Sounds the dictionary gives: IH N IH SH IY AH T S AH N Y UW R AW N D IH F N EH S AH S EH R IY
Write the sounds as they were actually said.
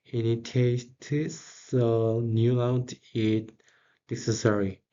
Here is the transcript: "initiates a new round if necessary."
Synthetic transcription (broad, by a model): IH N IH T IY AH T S AH N Y UW L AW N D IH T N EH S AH S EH R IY